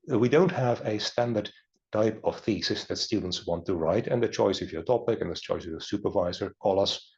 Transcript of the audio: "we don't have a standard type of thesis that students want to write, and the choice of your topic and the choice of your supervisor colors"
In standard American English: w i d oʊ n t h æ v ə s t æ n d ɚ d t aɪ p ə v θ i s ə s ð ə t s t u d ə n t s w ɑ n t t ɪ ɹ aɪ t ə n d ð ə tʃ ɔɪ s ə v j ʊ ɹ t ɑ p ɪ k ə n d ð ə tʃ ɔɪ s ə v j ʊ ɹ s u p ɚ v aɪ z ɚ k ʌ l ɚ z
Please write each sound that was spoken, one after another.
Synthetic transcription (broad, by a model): w i d oʊ n t h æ v ə s t æ n d ɚ d t aɪ p ə v θ i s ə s ð ə t s t u d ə n t s w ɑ n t t ɪ ɹ aɪ t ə n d ð ə tʃ ɔɪ s ə v j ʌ ɹ t ɑ p ɪ k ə n ð ə tʃ ɔɪ s ə v j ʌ ɹ s u p ɚ v aɪ z ɚ k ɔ l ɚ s